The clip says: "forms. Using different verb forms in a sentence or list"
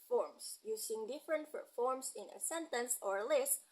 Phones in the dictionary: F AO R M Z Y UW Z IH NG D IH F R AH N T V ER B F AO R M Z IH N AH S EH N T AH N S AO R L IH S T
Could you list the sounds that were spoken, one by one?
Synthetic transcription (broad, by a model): F AO R M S Y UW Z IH NG D IH F R AH N T P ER F AO R M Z IH N AH S EH N T AH N S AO R L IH S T